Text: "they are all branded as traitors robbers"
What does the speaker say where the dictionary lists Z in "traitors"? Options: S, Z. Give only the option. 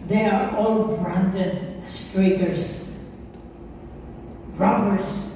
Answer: S